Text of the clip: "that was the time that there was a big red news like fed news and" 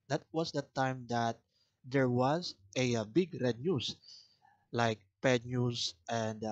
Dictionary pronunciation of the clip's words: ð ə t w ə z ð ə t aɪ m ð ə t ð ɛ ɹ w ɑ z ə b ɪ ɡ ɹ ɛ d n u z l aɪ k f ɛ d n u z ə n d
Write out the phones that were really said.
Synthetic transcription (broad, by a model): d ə t w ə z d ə t aɪ m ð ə t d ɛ ɹ w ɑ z ə b ɪ ɡ ɹ ɛ d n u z l aɪ k p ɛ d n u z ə n d